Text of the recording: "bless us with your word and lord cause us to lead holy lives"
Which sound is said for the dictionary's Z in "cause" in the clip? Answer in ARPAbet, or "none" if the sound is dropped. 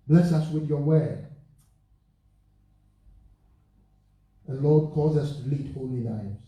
Z